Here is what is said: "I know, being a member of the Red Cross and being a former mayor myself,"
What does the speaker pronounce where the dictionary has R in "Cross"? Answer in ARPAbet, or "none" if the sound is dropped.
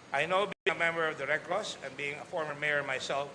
L